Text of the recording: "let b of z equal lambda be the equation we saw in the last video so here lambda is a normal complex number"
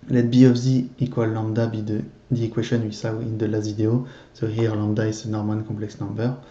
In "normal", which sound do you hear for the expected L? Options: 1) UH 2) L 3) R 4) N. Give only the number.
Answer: 4